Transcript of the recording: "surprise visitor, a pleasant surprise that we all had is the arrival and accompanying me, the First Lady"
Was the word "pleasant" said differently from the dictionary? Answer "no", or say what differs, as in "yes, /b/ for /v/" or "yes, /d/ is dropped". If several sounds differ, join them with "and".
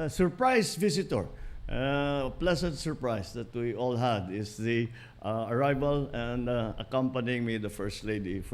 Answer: yes, /s/ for /z/